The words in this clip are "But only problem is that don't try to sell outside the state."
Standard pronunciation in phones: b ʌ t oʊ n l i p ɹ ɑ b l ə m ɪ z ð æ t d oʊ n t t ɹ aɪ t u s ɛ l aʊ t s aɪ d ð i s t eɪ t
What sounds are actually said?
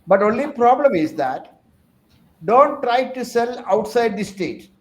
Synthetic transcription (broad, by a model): b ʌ t oʊ n l i p ɹ ɑ b l ə m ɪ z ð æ t d oʊ n t t ɹ aɪ t u s ɛ l aʊ t s aɪ d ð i s t eɪ t